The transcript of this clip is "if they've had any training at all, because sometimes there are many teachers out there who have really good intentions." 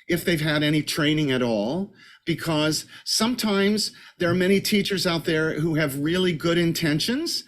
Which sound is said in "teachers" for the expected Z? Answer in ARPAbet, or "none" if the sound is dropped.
Z